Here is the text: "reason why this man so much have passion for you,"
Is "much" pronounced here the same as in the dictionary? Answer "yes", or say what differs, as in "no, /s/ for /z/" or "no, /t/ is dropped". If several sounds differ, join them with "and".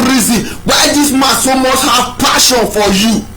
no, /s/ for /tʃ/